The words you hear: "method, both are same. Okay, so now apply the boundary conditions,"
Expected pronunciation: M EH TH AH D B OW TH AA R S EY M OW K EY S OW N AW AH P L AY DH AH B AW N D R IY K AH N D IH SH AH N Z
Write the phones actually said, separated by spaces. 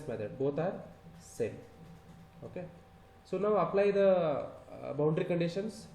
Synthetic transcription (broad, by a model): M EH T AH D B OW T AA R S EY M OW K EY S OW N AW AH P L AY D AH B AW N D R IY K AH N D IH SH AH N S